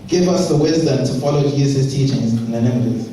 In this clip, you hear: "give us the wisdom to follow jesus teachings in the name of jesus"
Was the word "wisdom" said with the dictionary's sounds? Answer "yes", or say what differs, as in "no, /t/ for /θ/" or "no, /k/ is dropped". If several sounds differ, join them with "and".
yes